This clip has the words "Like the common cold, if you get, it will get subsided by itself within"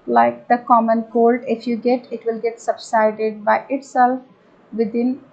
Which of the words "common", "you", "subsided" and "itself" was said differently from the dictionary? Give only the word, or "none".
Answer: none